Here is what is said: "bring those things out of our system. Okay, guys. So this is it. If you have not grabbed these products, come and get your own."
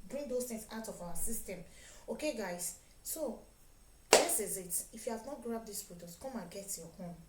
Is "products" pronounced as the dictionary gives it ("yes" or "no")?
no